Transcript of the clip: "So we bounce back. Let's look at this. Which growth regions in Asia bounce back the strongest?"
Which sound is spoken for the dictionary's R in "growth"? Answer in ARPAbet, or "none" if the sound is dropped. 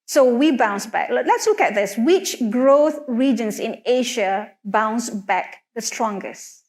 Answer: R